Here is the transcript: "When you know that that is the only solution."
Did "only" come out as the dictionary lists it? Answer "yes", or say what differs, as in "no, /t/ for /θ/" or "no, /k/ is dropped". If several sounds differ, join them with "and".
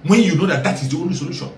no, /l/ is dropped